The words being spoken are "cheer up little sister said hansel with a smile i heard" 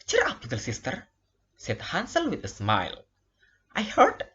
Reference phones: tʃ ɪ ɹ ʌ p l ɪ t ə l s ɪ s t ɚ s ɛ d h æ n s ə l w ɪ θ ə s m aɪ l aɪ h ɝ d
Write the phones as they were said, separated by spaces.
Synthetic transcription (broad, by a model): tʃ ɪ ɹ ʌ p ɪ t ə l s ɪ s t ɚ s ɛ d h æ n s ə l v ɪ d ə s m aɪ l aɪ h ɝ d